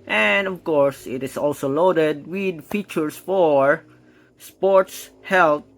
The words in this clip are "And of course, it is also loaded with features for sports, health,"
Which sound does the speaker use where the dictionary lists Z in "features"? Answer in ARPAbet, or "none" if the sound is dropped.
S